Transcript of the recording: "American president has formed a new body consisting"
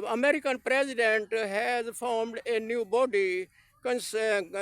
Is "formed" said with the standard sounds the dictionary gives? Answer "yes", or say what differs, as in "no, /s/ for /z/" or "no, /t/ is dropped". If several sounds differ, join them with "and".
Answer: yes